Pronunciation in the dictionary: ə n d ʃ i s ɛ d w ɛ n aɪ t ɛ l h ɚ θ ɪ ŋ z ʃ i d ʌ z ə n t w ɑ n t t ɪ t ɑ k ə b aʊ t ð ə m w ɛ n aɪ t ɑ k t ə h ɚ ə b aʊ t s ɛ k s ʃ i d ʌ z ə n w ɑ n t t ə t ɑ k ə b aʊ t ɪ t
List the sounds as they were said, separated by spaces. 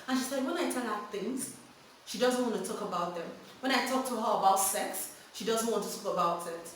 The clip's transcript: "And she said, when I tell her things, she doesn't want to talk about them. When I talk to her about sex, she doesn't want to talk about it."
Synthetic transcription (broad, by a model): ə n ʃ i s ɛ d w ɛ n aɪ t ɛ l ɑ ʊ θ ɪ ŋ z ʃ i d ʌ z ə n t w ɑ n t t ɪ t ɑ k ə b aʊ t ð ə m w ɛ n aɪ t ɑ k t ə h ɚ ə b aʊ t s ɛ k s ʃ i d ʌ z ə n w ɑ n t t ə t ɑ k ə b aʊ t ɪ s